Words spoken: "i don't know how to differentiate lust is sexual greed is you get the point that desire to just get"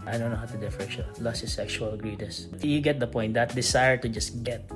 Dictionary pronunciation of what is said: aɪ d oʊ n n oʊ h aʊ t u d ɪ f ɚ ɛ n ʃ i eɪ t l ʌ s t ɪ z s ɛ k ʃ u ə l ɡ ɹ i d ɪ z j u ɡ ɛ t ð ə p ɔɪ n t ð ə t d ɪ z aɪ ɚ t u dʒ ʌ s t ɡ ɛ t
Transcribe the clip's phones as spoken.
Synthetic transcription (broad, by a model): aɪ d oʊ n n oʊ h aʊ t u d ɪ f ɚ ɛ ʃ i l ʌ s ɪ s ɛ k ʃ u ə l ɡ ɹ i d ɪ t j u ɡ ɛ t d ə p ɔɪ n t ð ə t d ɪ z aɪ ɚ t u dʒ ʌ s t ɡ ɛ t